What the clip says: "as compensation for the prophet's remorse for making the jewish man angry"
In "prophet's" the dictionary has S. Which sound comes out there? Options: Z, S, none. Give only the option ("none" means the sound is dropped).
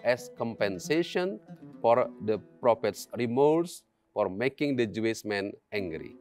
S